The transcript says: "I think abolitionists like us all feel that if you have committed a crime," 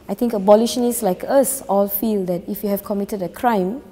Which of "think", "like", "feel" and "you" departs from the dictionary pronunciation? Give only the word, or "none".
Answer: think